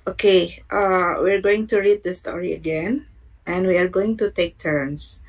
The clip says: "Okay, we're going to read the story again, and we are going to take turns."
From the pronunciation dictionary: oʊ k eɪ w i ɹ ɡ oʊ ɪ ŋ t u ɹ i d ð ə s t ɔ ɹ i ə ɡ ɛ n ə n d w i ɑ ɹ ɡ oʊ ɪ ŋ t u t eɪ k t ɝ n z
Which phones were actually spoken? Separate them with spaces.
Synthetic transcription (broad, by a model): oʊ k eɪ w i ɹ ɡ oʊ ɪ ŋ t u ɹ i d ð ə s t ɔ ɹ i ə ɡ ɛ n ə n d w i ɑ ɹ ɡ oʊ ɪ ŋ t u t eɪ k t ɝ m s